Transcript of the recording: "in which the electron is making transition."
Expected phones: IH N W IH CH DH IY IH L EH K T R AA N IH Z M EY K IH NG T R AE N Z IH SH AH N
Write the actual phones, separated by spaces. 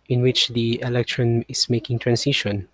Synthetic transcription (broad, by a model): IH N W IH CH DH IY IH L EH K T R AA N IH S M EY K IH NG T R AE N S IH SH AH N